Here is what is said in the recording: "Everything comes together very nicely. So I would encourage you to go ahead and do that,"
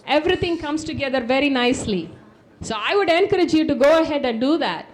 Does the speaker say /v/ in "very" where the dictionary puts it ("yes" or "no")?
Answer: yes